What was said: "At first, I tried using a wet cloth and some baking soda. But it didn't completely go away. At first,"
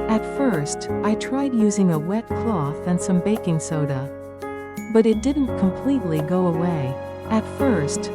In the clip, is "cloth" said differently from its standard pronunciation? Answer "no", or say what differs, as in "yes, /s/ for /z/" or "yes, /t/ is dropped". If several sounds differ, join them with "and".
no